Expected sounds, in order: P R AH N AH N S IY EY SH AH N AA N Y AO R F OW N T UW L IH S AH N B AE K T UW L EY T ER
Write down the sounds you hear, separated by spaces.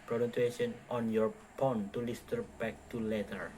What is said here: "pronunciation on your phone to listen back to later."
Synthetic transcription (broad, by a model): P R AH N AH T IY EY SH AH N AA N Y AO R P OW N T UW L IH S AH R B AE K T UW L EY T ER